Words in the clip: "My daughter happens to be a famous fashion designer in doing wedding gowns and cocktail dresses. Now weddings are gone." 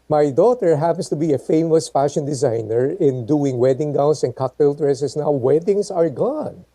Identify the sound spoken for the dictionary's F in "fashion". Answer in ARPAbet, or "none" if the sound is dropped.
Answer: F